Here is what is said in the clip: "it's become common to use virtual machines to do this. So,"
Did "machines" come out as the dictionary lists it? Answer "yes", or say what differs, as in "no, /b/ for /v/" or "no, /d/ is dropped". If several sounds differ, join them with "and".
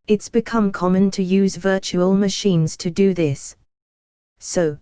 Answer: yes